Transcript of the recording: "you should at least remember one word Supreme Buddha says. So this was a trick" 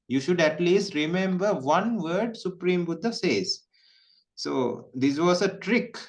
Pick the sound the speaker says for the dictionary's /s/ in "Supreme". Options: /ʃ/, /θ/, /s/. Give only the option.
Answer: /s/